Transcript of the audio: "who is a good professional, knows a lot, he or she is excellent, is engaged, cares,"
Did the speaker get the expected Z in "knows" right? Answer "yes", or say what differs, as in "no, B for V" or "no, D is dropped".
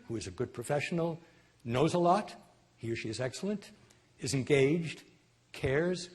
yes